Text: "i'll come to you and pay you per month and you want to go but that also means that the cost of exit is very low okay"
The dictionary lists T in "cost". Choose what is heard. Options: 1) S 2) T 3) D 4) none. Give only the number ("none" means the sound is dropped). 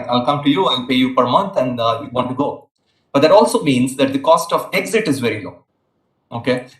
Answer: 2